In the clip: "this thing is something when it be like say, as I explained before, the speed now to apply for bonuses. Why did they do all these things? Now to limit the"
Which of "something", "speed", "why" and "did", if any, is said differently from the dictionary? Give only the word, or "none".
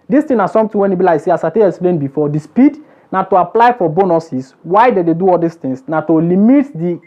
something